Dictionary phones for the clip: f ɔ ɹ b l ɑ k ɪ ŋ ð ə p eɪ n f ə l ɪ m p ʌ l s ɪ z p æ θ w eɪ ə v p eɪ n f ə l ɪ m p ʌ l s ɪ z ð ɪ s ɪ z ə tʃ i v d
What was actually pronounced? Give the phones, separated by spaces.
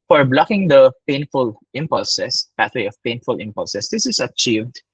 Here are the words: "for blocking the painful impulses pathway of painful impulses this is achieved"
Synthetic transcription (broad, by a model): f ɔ ɹ b l ɑ k ɪ ŋ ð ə p eɪ n f ə l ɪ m p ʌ l s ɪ s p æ t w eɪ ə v p eɪ n f ə l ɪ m p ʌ l s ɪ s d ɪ s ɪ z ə tʃ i v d